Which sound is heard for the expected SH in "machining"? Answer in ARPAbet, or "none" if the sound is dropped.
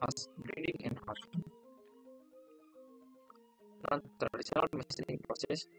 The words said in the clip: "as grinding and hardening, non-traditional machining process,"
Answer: S